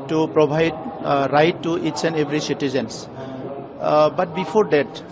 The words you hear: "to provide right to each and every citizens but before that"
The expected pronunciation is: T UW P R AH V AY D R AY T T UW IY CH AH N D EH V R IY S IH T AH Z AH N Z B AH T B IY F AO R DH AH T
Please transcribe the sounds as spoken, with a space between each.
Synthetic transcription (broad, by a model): T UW P R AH B AY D R AY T T UW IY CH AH N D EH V R IY S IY T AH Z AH N S B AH T B IY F AO R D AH T